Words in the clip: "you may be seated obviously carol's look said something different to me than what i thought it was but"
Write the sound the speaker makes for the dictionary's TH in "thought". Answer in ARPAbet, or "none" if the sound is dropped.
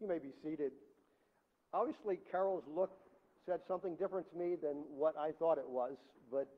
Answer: TH